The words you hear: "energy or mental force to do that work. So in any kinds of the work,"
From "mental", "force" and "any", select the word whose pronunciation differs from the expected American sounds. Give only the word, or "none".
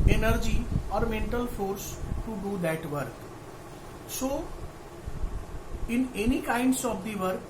none